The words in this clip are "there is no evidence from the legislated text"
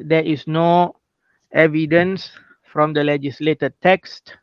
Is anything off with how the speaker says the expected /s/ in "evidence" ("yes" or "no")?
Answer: no